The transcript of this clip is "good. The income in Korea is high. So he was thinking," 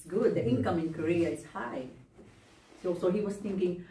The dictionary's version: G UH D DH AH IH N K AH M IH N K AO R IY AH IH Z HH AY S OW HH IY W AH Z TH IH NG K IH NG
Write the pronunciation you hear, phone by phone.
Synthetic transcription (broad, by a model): G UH D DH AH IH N K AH M IH N K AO R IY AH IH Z HH AY S OW HH IY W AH S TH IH NG K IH NG